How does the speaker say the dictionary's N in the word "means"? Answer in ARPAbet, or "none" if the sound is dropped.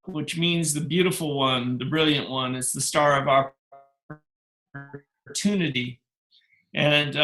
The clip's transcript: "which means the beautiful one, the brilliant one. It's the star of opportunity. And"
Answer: N